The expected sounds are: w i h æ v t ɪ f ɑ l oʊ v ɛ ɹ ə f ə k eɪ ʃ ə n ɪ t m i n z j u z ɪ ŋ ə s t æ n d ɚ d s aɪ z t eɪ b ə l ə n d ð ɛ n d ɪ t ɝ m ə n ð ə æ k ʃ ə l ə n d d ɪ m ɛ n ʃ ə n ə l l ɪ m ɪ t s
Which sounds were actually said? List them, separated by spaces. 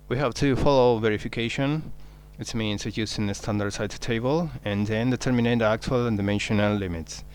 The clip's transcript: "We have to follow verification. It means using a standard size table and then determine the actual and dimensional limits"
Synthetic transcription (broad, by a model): w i h æ v t ɪ f ɑ l oʊ v ɛ ɹ ə f ə k eɪ ʃ ə n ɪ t m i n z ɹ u s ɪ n ə s t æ n d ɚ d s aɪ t t eɪ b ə l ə n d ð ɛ n d ɪ t ɝ m ə n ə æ k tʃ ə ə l d ɪ m ɛ n ʃ ə n ə l l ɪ m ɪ t s